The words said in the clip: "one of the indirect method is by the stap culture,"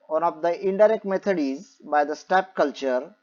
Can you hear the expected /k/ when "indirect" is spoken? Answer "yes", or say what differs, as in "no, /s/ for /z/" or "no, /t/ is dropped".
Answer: yes